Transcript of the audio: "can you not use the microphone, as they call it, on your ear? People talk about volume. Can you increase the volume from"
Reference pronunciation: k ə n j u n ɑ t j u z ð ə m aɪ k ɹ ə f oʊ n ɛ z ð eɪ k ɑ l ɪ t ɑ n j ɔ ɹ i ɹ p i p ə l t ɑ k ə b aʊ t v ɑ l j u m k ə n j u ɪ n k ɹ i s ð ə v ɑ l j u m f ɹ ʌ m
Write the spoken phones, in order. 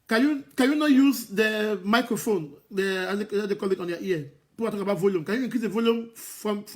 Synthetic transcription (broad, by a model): k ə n j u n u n j u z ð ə m aɪ k ɹ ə f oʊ n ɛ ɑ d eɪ k ɑ l ɪ t ɑ n j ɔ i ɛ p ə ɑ t ɑ k ə b aʊ t v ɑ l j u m k ə n j u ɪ k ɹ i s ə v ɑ l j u m f ɹ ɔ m